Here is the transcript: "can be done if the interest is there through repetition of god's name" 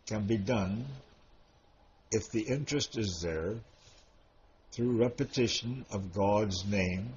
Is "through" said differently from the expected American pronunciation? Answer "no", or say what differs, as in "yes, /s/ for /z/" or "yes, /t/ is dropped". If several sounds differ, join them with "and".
no